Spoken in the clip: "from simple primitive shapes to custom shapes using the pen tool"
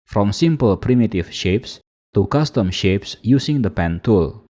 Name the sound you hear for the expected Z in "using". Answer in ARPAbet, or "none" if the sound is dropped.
S